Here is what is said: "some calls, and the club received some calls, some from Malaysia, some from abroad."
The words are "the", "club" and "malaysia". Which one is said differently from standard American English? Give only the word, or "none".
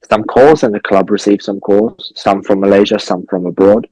none